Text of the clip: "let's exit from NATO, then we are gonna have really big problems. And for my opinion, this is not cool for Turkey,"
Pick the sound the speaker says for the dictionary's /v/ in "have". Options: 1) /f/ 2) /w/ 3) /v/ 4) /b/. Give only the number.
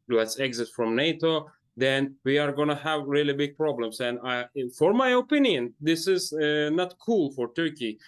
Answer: 3